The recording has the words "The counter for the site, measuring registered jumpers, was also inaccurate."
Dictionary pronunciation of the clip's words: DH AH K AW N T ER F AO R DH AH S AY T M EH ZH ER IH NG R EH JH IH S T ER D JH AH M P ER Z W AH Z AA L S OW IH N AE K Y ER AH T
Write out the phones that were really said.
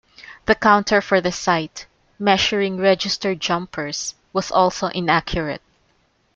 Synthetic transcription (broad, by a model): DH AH K AW N T ER F AO R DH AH S AY T M EH SH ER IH NG R EH JH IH S T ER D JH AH M P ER S W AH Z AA L S OW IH N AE K Y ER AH T